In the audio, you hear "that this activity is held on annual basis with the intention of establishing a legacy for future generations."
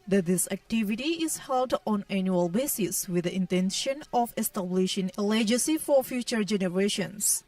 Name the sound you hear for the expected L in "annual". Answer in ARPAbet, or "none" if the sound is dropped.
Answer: L